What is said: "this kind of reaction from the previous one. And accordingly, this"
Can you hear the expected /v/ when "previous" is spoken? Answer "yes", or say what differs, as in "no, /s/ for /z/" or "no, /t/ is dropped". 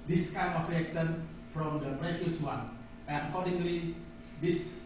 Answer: no, /f/ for /v/